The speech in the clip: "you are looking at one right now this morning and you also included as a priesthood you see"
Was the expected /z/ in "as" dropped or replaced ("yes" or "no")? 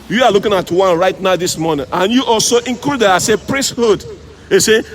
yes